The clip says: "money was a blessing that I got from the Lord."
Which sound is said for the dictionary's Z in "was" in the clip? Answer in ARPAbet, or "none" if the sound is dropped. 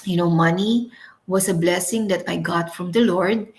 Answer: S